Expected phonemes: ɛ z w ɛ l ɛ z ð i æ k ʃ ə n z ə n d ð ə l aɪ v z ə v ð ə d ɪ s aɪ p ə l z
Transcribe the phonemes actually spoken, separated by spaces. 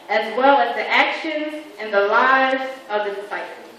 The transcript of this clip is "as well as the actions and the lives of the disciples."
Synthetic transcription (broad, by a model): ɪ z w ɛ l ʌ z ð i æ k ʃ ə n z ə n ð ə l aɪ v z ə v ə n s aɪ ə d